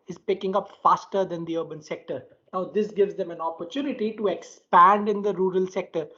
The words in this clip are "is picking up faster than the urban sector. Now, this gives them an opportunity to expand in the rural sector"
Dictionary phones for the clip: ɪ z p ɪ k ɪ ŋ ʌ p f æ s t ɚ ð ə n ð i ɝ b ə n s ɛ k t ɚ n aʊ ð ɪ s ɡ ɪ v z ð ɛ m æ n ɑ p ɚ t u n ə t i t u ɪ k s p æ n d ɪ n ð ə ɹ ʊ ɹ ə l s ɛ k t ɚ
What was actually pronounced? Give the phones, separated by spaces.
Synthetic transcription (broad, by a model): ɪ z p ɪ k ɪ ŋ ʌ p f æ s t ɚ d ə n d i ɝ b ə n s ɛ k t ɚ n aʊ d ɪ s ɡ ɪ v z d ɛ m æ n ɑ p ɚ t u n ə t i t u ɪ k s p æ n d ɪ n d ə ɹ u ɹ ə l s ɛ k t ɚ